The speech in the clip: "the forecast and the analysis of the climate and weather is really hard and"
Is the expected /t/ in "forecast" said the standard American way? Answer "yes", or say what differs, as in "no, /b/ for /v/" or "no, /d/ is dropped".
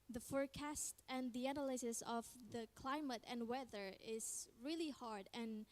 yes